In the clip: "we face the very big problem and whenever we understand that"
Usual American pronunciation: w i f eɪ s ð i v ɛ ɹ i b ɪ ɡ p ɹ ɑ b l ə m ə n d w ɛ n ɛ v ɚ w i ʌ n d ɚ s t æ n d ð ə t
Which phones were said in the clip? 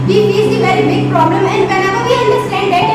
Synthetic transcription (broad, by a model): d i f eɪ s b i v ɛ ɹ i b ɪ ɡ p ɹ ɑ b l ə m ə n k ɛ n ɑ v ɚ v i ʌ n d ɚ s t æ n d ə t